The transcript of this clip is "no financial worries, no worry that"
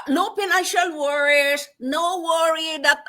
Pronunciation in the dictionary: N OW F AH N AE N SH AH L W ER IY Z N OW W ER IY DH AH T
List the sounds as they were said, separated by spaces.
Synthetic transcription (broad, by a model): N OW P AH N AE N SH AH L W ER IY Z N OW W ER IY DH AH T